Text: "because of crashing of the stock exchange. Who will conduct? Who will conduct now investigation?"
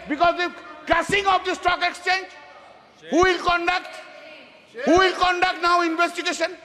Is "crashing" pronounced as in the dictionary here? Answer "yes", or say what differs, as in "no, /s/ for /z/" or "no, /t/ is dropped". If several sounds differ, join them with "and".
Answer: no, /s/ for /ʃ/